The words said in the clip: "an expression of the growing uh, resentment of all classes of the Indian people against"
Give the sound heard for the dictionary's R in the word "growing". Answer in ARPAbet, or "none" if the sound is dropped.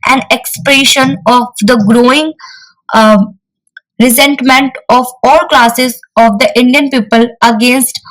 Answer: R